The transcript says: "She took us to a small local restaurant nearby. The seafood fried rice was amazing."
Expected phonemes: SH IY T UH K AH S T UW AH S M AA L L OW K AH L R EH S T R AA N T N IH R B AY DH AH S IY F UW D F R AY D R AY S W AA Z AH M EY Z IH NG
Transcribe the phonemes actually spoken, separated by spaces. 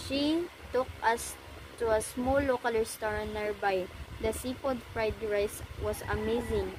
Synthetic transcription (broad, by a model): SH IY T UH K AH S T UW AH S M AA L L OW K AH L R S T R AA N N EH R B AY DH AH S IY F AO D F R AY D R AY S W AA S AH M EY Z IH NG